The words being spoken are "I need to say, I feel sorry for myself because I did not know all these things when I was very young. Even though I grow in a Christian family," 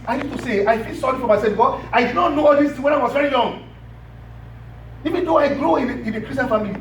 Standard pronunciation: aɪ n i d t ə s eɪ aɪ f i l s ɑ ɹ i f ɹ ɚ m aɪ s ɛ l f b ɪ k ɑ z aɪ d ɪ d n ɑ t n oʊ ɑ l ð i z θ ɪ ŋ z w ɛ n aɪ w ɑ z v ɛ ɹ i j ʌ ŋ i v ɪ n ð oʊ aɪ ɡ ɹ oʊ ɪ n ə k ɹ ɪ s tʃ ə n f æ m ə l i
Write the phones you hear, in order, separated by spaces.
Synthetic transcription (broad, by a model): aɪ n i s t ə s eɪ aɪ f i l s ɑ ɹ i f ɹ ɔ m aɪ s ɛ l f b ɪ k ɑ aɪ d ɪ d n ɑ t n oʊ ɑ l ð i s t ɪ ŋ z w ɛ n aɪ w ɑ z v ɛ ɹ i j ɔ ŋ i v ɪ n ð oʊ aɪ ɡ ɹ oʊ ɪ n ə k ɹ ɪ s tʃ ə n f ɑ m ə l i